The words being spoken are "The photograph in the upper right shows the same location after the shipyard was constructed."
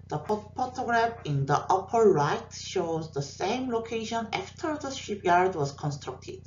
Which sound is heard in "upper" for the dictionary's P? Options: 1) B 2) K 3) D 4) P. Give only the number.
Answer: 4